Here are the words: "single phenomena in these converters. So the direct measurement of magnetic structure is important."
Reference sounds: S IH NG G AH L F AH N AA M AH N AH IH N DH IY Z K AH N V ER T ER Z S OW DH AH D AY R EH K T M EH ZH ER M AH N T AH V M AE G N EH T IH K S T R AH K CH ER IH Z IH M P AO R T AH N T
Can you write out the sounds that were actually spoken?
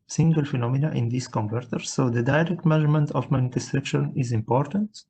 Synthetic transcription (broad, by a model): S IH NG G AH L F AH N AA M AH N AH IH N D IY S K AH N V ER T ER S OW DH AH D AY R EH K T M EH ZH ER M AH N T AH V M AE N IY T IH S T R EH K SH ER IH Z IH M P AO R T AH N T